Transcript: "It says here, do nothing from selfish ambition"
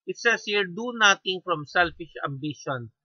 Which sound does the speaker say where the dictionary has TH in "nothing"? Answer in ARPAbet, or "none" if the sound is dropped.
T